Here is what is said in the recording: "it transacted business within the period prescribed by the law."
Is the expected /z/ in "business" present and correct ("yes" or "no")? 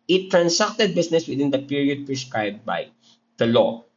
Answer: no